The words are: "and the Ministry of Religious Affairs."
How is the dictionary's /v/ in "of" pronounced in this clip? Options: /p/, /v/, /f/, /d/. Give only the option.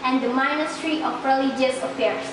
/p/